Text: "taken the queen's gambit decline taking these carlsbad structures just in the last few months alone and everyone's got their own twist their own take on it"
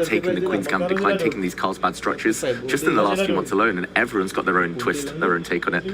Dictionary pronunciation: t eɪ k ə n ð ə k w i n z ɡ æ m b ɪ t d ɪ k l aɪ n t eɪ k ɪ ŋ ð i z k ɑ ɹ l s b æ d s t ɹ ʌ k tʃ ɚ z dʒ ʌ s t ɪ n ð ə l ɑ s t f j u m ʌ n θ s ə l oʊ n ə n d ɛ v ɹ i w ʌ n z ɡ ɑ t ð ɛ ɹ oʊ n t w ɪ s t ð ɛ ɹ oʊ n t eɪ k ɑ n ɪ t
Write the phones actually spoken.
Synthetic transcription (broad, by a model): t eɪ k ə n ð ə k w i n z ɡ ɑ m d ɪ k l aɪ n t eɪ k ɪ ŋ ð i z k ɑ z b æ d s t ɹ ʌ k tʃ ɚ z dʒ ʌ s t ɪ n ð ə l ɑ s t f j u m ʌ n θ s ə l oʊ n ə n ɛ v ɹ i w ʌ n z ɡ ɑ t ð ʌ ɹ oʊ n t w ɪ s t ð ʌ ɹ oʊ n t eɪ k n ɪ t